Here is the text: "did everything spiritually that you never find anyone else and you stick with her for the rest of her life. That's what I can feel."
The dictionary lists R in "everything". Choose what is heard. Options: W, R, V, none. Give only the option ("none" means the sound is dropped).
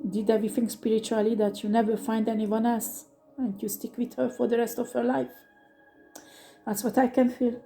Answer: none